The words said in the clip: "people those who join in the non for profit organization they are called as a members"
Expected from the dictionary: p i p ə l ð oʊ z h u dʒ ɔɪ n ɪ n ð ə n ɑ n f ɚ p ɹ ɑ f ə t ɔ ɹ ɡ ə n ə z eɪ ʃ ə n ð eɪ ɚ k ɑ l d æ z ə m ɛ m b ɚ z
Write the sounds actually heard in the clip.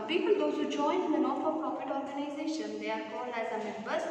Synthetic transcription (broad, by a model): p i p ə l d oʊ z h u dʒ ɔɪ n ɪ n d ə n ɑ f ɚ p ɑ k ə t ɔ ɹ ɡ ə n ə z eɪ ʃ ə n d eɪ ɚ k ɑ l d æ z ə m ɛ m b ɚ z